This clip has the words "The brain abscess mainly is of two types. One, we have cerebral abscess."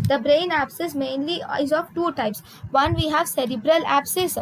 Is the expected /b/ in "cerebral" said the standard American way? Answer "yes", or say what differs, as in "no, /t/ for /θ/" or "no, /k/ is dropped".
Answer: yes